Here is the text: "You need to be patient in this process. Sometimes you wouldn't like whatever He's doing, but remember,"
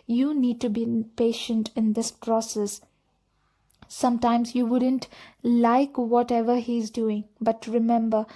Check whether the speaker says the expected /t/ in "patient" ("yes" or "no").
yes